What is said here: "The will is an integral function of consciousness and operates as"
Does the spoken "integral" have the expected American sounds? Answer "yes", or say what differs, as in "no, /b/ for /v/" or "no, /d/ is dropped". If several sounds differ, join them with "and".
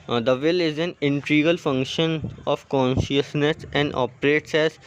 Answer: no, /ɹ/ is dropped